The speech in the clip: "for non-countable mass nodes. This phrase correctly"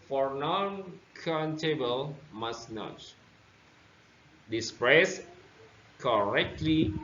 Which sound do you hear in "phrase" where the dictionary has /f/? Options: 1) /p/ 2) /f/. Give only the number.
1